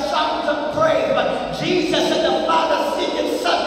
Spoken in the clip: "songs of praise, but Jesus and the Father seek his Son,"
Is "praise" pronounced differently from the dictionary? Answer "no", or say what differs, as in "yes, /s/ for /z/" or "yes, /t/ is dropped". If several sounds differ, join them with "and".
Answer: yes, /z/ is dropped